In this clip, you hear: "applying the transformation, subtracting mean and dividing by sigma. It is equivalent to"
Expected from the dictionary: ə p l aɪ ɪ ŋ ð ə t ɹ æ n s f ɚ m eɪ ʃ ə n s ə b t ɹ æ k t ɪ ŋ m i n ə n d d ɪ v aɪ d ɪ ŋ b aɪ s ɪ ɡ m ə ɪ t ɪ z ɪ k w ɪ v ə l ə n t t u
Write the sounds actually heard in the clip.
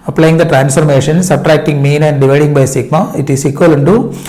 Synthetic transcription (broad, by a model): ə p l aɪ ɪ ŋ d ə t ɹ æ n s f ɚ m eɪ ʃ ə n s ə b t ɹ æ k t ɪ ŋ m i n ə n d d ɪ v aɪ d ɪ ŋ b aɪ s ɪ ɡ m ə ɪ t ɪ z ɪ k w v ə l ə n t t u